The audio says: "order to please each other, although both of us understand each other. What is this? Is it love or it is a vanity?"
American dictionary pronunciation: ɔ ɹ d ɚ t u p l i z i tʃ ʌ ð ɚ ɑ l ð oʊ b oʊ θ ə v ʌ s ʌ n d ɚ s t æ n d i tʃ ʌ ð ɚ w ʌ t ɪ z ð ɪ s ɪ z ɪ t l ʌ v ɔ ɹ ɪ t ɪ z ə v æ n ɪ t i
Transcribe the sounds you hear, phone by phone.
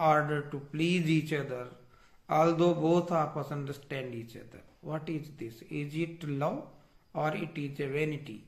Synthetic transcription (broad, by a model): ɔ ɹ d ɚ t u p l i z i tʃ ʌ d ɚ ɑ l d oʊ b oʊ t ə p ʌ s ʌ n d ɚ s t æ n d i tʃ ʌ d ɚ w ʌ t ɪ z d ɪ s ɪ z ɪ t l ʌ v ɔ ɹ ɪ t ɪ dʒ ə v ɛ n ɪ t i